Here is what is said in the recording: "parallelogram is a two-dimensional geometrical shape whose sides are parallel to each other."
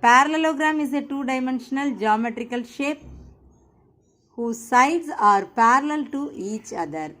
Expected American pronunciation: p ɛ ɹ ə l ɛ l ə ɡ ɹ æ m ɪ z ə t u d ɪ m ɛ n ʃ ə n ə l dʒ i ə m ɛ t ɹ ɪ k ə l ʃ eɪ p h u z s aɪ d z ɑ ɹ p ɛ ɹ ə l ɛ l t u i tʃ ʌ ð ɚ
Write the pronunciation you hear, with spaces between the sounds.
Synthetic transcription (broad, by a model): p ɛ ɹ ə l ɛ l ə ɡ ɹ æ m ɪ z ə t u d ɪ m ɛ n ʃ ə n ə l dʒ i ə m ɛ t ɹ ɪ k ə l ʃ eɪ p h u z s aɪ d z ɑ ɹ p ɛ ɹ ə l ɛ l t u i tʃ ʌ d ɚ